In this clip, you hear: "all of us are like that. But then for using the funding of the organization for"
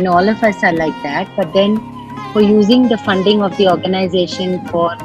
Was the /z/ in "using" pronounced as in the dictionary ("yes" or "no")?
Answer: yes